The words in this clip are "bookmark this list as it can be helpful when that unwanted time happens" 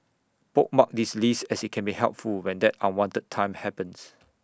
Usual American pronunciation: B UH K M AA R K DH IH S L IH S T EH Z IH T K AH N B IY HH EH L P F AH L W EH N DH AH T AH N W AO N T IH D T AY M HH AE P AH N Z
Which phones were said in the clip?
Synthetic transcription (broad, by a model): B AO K M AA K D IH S L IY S EH S IH T K AH N B IY HH EH L P F AH L W EH N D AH T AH N W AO N T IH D T AY M HH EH P AH N S